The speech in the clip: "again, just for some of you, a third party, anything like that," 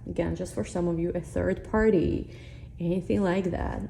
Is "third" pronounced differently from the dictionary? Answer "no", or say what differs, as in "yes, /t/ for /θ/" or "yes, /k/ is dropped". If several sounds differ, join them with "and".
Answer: no